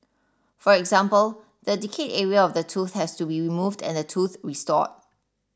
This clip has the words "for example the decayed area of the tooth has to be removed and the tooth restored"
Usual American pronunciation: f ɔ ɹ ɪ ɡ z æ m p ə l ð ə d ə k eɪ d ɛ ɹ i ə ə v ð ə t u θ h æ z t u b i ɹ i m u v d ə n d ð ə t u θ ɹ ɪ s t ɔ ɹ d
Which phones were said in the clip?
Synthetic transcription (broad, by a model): f ɔ ɹ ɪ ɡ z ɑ m p ə l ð ə d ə k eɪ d ɛ ɹ i ə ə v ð ə t u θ h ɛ s t u b i ɹ i m u v d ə n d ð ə t u θ ɹ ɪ s t ɔ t